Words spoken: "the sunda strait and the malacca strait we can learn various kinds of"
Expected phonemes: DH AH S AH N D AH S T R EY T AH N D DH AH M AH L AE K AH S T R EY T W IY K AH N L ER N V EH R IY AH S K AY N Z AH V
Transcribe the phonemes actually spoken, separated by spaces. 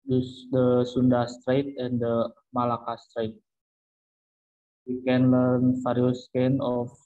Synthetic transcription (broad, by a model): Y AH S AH N D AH S T R EY T AH N D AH M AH L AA K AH S T R EY T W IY K AH N L ER N F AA R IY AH S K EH N AH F